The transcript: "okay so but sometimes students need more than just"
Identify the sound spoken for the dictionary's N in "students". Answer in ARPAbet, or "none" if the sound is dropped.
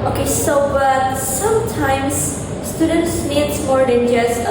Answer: N